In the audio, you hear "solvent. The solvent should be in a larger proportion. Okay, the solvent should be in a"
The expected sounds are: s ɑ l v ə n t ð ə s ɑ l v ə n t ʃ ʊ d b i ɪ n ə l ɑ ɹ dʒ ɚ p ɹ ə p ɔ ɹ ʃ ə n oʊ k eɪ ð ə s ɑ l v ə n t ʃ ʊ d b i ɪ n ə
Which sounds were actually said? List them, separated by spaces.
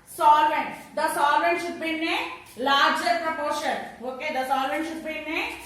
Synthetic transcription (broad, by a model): s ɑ l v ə n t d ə s ɑ l v ə n t ʃ ʊ d b i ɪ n ə l ɑ ɹ dʒ ɚ p ɹ ə p ɔ ɹ ʃ ə n oʊ k eɪ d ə s ɑ l v ə n t ʃ ʊ d b i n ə